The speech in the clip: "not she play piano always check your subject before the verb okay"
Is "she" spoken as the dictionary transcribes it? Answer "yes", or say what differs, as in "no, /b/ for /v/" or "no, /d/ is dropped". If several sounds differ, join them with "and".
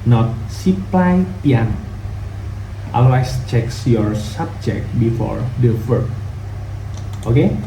no, /s/ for /ʃ/